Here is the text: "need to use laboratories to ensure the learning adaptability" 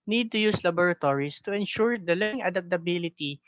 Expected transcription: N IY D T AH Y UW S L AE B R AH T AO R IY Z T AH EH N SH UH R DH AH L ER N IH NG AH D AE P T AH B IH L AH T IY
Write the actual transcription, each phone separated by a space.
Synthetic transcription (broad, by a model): N IY D T AH Y UW S L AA B R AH T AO R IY S T AH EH N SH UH R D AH L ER IH NG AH D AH P T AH B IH L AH T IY